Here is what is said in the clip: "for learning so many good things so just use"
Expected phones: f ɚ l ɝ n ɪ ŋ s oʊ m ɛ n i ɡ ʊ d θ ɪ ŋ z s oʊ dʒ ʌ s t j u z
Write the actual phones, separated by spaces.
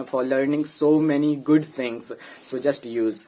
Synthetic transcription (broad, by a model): f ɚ l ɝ n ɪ ŋ s oʊ m ɛ n i ɡ ʊ d t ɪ ŋ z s oʊ dʒ ʌ s t j u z